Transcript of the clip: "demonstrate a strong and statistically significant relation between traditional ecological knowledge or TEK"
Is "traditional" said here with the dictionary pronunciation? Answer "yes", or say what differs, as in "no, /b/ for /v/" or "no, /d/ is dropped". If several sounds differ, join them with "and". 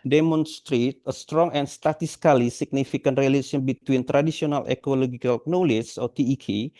no, /s/ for /ʃ/